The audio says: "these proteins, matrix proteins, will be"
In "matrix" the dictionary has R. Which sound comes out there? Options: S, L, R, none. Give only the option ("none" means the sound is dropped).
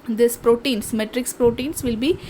R